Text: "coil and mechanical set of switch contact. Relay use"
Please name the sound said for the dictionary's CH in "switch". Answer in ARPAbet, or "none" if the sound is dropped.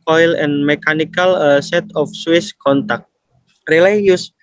S